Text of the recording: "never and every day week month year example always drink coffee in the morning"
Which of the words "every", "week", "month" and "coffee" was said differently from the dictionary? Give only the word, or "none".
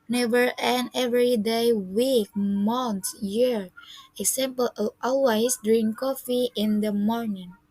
month